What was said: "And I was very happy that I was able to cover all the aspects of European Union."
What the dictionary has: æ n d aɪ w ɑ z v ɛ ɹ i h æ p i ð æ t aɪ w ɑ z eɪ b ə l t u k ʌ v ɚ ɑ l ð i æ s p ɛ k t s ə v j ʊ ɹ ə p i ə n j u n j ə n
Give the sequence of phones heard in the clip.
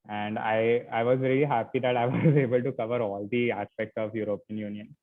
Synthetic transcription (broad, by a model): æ n d aɪ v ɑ z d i l i h æ p i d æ t aɪ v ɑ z eɪ b ə l t u k ʌ v ɚ ɑ l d i æ s p ɛ k t s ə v j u ɹ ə p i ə n j u n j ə n